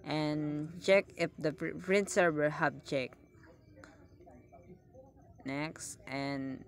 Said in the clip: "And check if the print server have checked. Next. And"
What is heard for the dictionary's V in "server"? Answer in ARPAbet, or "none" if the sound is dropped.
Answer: W